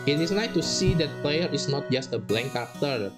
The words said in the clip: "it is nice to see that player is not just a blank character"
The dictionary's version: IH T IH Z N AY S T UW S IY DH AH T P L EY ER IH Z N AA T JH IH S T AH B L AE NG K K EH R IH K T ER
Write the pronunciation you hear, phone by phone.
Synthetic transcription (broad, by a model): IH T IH S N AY T UW S IY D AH T P L EY ER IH S N AA T JH IH S T AH B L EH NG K K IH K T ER